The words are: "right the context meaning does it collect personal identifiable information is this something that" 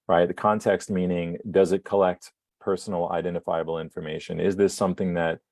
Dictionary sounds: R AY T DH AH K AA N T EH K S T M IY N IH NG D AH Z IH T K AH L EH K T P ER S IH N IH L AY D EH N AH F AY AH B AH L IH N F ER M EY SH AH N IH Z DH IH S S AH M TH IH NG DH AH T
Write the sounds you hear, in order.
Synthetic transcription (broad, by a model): R AY T DH AH K AA N T EH K S T M IY N IH NG D AH Z IH T K AH L EH K T P ER S N L AY D EH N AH F AY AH B L IH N F ER M EY SH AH N IH Z DH IH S S AH M TH IH NG DH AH T